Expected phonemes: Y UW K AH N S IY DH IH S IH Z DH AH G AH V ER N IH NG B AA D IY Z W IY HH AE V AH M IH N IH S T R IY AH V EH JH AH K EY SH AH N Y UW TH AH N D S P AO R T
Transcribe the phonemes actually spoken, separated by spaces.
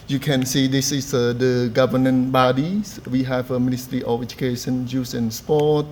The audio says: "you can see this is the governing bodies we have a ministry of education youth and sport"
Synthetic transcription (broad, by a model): Y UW K AH N S IY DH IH S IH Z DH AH G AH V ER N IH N B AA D IY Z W IY HH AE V AH M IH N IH S T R IY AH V EH JH AH K EY SH AH N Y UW S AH N S P AO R T